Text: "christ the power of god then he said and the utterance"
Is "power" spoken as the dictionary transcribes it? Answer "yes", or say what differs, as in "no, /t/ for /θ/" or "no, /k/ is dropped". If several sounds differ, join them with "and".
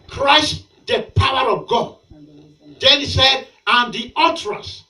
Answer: yes